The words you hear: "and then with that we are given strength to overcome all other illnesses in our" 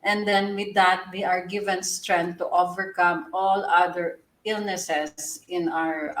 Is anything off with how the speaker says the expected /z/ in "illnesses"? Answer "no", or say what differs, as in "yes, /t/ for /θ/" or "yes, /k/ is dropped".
yes, /s/ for /z/